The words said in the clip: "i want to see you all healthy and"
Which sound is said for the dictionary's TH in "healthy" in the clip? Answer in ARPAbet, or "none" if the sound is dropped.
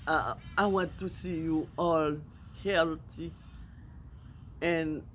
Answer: T